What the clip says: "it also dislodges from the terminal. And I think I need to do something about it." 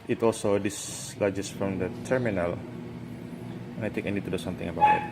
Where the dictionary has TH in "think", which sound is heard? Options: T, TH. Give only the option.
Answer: T